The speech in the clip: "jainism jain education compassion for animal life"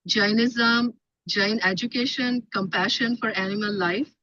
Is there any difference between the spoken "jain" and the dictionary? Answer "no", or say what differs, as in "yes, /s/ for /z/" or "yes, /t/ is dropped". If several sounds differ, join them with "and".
no